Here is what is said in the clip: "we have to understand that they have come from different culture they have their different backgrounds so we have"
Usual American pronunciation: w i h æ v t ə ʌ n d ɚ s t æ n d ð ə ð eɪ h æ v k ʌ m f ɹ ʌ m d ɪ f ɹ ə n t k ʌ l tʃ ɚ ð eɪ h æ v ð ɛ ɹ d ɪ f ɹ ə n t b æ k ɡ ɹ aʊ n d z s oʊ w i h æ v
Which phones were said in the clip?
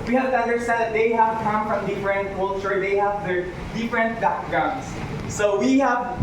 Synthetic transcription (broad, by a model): w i h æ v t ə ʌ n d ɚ s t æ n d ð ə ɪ h æ v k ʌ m f ɹ ʌ m d ɪ f ɹ ə n t k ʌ l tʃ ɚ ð eɪ h æ v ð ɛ ɹ d ɪ f ɹ ə n t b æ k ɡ aʊ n s oʊ w i h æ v